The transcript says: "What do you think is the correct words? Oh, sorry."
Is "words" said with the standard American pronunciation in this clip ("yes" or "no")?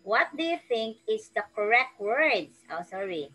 no